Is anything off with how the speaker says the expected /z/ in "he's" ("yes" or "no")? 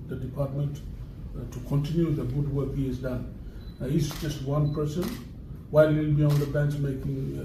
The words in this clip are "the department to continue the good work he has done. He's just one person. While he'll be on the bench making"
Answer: yes